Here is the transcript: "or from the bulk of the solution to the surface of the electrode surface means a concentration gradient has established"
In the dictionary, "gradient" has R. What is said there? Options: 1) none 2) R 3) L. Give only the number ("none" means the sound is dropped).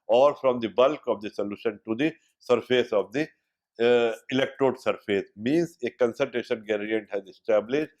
1